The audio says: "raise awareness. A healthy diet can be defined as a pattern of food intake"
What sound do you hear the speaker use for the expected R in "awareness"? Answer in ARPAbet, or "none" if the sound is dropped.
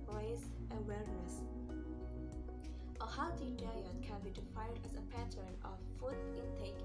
L